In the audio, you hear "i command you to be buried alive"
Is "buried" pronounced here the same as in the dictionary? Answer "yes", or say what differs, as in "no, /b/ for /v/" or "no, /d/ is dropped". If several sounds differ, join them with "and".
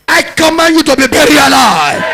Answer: no, /d/ is dropped